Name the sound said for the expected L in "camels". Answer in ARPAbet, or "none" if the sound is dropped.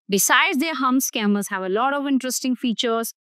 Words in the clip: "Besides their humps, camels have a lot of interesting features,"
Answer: none